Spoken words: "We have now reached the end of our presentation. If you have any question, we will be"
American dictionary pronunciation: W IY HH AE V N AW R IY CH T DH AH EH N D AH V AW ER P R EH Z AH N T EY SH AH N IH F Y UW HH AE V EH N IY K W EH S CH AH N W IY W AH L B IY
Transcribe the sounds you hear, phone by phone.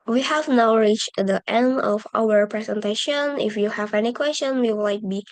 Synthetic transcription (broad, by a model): W IY HH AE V N AW R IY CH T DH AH EH N D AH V AW ER P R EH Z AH N T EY SH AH N IH F Y UW HH AE V EH N IY K W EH S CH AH N W IY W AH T B IY